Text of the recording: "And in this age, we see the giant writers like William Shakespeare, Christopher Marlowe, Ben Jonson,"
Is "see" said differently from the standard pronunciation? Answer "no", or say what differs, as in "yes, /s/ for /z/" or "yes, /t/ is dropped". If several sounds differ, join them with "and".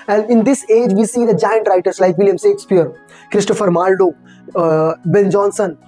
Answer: no